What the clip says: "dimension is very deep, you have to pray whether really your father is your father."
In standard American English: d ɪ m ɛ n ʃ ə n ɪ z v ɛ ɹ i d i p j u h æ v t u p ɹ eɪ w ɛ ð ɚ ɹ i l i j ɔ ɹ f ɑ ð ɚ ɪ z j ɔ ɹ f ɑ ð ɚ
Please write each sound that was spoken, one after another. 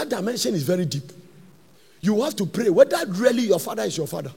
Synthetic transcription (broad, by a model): d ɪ m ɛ n ʃ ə n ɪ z v ɛ ɹ i d i p j u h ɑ f t u p ɹ eɪ w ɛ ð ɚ ɹ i l i j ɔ f ɑ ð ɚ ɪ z j ɔ f ɑ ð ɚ